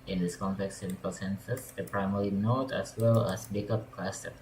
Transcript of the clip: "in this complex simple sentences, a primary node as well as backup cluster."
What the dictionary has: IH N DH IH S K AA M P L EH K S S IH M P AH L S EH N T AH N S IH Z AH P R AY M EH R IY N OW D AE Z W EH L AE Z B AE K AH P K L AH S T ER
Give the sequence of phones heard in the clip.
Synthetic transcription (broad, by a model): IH N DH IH S K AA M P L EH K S S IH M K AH L S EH N S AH S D AH P R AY M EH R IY N OW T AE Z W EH L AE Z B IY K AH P K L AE S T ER